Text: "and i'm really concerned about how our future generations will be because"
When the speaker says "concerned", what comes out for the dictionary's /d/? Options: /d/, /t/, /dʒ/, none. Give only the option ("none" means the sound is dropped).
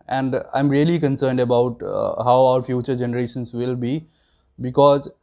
/d/